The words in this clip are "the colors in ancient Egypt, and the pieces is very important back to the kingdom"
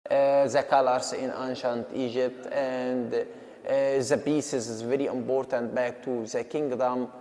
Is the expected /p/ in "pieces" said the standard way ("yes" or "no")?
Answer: no